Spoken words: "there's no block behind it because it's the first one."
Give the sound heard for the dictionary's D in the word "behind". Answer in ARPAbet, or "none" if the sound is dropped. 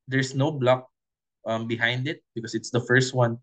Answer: D